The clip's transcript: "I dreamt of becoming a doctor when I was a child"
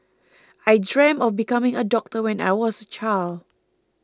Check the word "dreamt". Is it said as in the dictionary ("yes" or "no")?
no